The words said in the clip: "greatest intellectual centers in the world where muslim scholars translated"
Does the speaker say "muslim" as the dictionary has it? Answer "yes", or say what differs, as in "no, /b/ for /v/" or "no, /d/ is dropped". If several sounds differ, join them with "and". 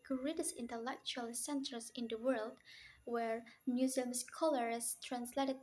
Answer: no, /l/ is dropped